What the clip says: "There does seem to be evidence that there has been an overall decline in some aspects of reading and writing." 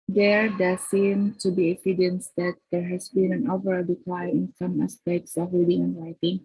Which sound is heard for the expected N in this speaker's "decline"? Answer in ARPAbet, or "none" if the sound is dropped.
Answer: none